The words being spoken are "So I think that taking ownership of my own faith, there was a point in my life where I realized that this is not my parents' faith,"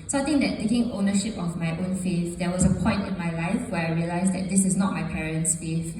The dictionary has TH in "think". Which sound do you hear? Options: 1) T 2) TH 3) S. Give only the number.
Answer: 1